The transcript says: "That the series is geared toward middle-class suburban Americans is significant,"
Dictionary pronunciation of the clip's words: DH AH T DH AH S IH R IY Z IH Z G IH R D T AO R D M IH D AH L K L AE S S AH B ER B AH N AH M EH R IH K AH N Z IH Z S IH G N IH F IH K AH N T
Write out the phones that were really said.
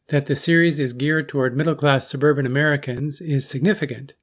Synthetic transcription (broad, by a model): DH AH T DH AH S IH R IY Z IH Z G IH R D T AO R D M IH D L K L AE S S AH B ER B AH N AH M EH R IH K AH N Z IH Z S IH G N IH F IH K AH N T